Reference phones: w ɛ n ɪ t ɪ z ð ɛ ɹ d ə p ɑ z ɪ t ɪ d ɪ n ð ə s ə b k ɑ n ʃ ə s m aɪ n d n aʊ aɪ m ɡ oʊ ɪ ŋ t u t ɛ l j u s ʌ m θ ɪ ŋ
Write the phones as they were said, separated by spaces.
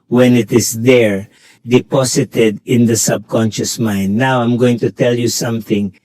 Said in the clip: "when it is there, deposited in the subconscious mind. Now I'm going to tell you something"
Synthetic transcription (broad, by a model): w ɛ n ɪ t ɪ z ð ɛ ɹ d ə p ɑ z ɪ t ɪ d ɪ n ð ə s ə b k ɑ n ʃ ə s m aɪ n d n aʊ aɪ m ɡ oʊ ɪ ŋ t u t ɛ l j u s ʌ m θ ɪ ŋ